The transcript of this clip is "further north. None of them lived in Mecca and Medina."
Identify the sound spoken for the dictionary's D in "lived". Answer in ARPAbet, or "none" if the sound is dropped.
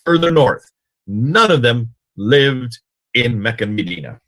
D